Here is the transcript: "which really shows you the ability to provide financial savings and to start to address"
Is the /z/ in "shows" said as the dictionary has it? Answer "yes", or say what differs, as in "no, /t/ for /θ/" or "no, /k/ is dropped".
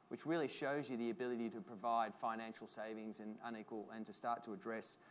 yes